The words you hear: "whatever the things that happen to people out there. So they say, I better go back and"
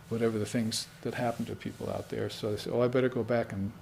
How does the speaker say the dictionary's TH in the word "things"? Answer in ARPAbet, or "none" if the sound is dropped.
TH